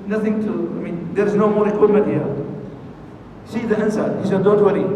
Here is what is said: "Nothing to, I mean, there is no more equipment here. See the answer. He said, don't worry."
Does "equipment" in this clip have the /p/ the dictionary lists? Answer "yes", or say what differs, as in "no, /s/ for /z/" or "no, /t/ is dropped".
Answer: no, /p/ is dropped